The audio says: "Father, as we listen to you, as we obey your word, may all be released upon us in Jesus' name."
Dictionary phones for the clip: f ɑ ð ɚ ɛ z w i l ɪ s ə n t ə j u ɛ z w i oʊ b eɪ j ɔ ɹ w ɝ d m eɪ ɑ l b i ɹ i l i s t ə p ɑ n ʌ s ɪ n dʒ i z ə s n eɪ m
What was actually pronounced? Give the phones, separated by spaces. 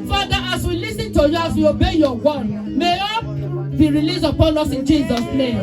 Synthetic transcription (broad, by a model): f ɑ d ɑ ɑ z w i l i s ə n t ə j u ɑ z w i oʊ b eɪ j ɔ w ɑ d m eɪ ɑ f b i ɹ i l i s ə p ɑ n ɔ s ɪ n dʒ i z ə s n eɪ m